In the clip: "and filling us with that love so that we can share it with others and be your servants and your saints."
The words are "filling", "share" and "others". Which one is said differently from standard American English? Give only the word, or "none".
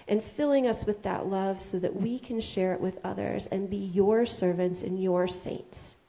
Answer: none